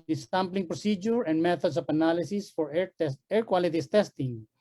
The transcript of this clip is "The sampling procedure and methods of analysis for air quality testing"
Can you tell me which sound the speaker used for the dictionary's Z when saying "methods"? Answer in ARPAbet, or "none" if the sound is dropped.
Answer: S